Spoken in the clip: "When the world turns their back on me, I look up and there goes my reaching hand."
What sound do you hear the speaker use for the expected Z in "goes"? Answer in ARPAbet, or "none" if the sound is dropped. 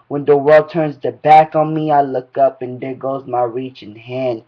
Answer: Z